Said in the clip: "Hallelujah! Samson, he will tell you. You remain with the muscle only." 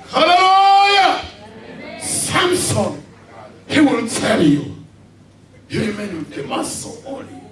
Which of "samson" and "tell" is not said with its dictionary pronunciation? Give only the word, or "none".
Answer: none